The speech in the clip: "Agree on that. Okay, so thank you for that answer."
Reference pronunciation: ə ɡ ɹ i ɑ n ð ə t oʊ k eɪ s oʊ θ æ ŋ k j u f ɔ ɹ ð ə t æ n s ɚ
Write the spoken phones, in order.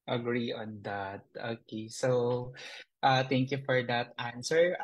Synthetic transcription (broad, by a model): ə ɡ ɹ i ɑ n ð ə t oʊ k eɪ s oʊ t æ ŋ k j u f ɔ ɹ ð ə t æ n s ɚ